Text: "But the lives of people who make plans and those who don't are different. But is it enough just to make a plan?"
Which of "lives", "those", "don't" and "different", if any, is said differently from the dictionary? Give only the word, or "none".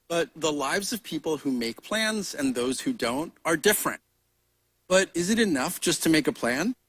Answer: none